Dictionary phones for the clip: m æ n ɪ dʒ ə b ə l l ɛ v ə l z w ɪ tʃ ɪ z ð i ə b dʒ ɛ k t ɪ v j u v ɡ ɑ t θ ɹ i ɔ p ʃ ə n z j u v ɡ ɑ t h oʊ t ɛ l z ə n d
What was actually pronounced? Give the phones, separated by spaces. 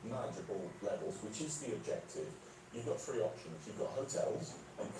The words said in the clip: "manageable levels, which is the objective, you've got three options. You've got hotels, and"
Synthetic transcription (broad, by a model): m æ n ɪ dʒ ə b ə l l ɛ v ə l z w ɪ tʃ ɪ z ð i ə b dʒ ɛ k t ɪ v j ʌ v ɡ ɑ t f ɹ i ɔ p ʃ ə n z j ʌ v ɡ ɑ t h oʊ t ɛ l z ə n